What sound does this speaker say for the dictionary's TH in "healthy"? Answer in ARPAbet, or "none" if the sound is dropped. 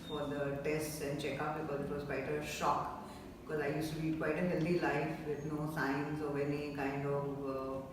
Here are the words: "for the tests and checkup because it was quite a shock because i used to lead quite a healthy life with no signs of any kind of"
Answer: T